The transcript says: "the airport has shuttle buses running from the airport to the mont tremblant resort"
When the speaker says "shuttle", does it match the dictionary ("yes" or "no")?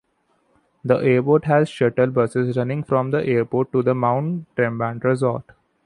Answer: yes